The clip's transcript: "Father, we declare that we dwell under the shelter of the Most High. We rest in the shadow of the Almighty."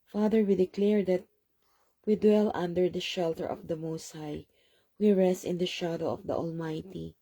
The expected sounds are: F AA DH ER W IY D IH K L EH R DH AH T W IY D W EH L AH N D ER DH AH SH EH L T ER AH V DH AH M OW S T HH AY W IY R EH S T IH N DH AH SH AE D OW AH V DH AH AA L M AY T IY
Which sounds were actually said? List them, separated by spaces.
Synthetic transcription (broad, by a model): F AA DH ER W IY D IH K L EH R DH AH T W IY D W EH L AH N D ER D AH SH EH L T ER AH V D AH M OW S T HH AY W IY R EH S T IH N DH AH SH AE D OW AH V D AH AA L M AY T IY